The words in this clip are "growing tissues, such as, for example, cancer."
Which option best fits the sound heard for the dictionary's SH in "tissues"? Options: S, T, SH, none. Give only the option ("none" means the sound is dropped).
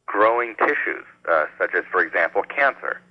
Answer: SH